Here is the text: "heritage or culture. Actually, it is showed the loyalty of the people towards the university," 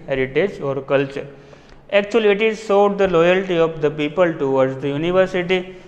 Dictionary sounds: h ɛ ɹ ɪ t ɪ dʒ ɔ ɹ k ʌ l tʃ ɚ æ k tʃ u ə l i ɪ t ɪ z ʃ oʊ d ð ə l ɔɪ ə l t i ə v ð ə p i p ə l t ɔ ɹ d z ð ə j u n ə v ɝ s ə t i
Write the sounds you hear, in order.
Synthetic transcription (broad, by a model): h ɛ ɹ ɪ t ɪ dʒ ɔ ɹ k ʌ l tʃ ɚ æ k tʃ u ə l i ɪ t ɪ z s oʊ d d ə l ɔɪ ə l t i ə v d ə p i p ə l t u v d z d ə j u n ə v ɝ s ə t i